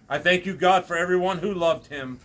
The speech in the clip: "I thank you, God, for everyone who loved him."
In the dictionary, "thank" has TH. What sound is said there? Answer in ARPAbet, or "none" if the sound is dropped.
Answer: TH